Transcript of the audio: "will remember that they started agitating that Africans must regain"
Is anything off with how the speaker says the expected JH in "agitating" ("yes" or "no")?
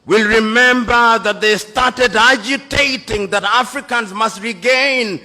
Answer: no